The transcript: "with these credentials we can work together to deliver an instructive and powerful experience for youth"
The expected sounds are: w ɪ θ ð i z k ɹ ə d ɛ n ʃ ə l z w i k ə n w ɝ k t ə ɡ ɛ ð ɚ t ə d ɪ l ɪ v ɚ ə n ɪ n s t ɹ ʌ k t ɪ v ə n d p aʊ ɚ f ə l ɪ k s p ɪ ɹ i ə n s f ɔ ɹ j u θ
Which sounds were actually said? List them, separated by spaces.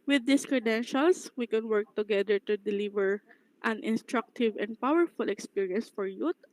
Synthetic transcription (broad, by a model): w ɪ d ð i s k ɹ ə d ɛ n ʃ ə l s w i k ə n w ɝ k t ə ɡ ɛ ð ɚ t ə d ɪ l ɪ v ɚ ə n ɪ n s t ɹ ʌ k t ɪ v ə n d p aʊ ɚ f ə l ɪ k s p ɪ ɹ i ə n s f ɔ ɹ j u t